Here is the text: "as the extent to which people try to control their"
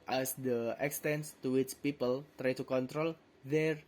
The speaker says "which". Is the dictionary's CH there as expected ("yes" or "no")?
yes